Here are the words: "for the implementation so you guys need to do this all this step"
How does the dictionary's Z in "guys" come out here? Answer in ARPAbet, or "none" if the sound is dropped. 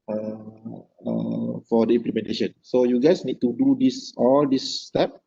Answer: S